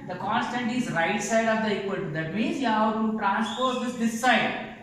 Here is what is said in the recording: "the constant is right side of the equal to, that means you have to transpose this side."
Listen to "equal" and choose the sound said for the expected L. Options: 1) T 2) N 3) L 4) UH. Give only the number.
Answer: 2